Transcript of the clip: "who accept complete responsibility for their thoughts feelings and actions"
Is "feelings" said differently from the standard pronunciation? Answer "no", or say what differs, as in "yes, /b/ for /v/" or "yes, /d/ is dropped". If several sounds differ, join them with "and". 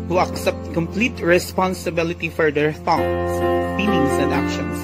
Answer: yes, /s/ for /z/